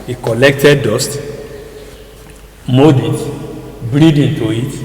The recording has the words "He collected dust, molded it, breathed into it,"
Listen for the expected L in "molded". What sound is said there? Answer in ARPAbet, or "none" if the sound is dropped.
none